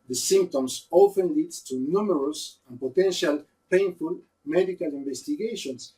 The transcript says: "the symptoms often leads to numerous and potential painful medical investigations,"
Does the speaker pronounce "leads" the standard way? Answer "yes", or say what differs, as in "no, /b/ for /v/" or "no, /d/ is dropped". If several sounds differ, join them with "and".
no, /z/ is dropped